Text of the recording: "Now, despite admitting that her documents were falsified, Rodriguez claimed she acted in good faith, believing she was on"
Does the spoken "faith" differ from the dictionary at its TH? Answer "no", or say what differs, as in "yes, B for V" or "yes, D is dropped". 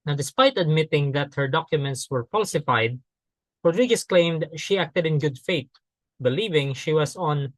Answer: yes, T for TH